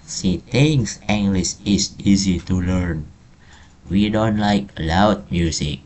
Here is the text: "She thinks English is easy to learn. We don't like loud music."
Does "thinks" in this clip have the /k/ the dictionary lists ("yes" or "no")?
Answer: no